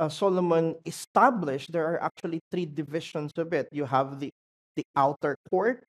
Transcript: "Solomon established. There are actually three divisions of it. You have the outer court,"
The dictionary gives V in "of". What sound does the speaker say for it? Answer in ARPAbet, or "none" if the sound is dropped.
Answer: B